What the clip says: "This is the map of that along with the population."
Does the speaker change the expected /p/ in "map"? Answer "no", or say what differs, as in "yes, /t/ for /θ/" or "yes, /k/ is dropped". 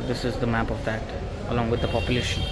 no